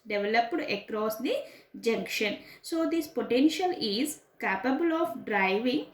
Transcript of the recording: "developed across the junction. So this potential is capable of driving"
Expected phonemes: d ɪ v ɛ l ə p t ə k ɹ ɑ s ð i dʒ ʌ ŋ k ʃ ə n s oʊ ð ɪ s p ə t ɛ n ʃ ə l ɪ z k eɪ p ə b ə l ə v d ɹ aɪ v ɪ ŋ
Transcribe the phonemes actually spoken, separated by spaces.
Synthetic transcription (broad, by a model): d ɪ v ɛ l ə p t ə k ɹ ɑ s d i dʒ ʌ ŋ k ʃ ə n s oʊ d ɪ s p ə t ɛ n ʃ ə l ɪ z k eɪ p ə b ə l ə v d ɹ aɪ v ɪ ŋ